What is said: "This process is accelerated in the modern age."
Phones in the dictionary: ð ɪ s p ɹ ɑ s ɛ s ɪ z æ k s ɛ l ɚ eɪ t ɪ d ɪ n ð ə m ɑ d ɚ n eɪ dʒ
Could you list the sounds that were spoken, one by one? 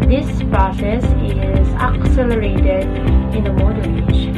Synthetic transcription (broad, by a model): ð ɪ s p ɹ ɑ s ɛ s ɪ z æ k s ɛ l ɚ eɪ t ɪ d ɪ n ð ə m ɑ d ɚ eɪ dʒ